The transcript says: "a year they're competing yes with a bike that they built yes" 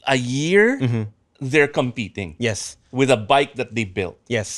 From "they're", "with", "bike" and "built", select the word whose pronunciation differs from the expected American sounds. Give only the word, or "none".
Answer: none